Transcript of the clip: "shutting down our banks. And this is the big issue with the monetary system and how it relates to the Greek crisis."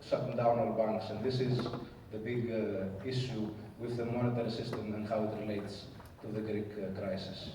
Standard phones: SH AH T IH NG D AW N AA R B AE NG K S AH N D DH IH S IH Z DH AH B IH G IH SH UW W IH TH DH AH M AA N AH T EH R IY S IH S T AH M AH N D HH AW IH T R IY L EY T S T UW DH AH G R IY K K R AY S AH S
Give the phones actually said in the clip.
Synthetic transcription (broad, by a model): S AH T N D AW N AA L B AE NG K S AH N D DH IH S IH Z DH AH B IH G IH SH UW W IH DH AH M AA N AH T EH R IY S IH S T AH M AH N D HH AW IH T R IY L EY T S T UW DH AH G R IY K K R AY S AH S